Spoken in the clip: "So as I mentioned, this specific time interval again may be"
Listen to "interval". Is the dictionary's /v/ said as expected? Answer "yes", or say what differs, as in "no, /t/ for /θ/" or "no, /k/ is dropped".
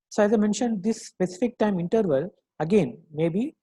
yes